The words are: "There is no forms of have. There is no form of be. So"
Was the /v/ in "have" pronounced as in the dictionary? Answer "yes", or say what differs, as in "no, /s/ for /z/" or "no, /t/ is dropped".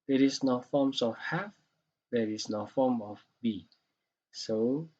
no, /f/ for /v/